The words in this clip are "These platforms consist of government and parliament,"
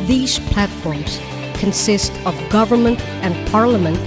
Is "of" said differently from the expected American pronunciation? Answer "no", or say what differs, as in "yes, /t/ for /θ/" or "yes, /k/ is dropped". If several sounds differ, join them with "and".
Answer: no